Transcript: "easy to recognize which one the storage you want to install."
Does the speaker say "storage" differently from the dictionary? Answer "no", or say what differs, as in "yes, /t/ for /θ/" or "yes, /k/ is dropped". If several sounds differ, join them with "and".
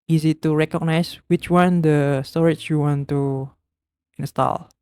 yes, /tʃ/ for /dʒ/